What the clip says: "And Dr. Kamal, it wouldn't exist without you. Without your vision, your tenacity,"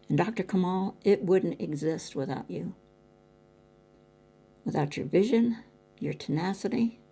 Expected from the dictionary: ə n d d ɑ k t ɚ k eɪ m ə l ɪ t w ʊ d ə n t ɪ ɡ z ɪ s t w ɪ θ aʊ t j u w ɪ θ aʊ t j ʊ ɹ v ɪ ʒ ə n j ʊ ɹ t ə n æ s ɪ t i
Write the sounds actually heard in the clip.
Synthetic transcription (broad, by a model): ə n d d ɑ k t ɚ k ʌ m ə l ɪ t w ʊ d n t ɪ ɡ z ɪ s t w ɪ θ aʊ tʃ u w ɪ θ aʊ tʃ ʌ ɹ v ɪ ʒ ə n j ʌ ɹ t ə n æ s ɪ t i